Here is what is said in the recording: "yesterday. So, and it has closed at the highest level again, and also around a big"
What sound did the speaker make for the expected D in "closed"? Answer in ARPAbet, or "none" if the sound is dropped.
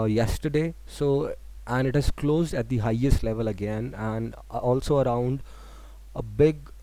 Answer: D